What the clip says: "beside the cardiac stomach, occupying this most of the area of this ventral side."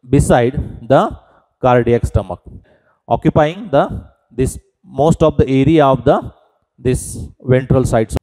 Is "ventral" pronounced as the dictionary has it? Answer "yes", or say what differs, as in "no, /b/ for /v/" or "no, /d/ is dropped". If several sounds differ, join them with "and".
yes